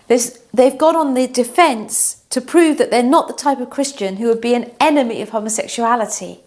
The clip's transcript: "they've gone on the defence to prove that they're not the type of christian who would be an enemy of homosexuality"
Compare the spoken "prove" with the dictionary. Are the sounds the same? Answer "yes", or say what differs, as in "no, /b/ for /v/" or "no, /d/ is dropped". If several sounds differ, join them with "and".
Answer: yes